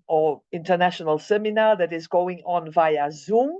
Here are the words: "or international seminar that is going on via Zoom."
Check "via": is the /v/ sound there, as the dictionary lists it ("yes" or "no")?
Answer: yes